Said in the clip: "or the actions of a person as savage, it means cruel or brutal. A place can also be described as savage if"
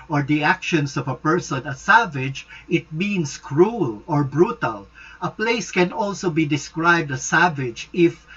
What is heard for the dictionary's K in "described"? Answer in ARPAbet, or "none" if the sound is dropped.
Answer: K